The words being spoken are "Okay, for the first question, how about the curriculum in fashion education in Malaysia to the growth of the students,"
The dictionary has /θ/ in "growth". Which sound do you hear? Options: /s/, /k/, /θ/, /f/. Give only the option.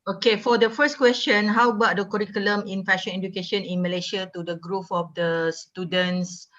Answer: /f/